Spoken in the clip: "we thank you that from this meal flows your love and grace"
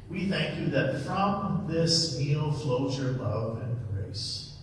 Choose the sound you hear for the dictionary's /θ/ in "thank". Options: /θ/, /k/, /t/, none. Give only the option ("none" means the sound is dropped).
/θ/